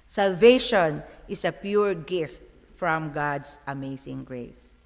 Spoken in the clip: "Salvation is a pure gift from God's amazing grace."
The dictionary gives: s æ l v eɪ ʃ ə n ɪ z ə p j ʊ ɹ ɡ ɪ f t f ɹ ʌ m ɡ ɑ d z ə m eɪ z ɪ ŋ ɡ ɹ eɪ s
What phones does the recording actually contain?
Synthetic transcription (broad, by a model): s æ l v eɪ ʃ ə n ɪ s ə p j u ɹ ɡ ɪ f t f ɹ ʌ m ɡ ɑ d s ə m eɪ s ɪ ŋ ɡ ɹ eɪ s